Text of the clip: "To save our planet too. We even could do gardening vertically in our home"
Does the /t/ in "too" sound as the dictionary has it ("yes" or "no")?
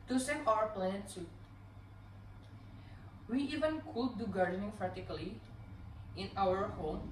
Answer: no